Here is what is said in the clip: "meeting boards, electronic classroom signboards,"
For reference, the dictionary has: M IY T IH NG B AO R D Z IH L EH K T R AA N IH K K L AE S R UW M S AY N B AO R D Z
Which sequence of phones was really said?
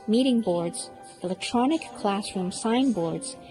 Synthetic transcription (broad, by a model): M IY T IH NG B AO R D Z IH L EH K T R AA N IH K K L AE S R UW M S AY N B AO R D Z